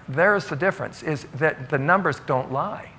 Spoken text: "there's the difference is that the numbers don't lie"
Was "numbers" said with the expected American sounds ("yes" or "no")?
yes